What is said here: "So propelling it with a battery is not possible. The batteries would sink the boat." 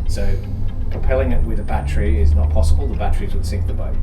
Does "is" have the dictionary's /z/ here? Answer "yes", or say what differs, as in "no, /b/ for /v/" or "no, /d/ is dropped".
yes